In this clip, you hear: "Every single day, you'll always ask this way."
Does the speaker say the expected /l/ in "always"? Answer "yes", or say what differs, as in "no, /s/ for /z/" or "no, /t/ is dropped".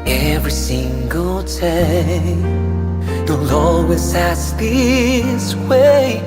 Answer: no, /l/ is dropped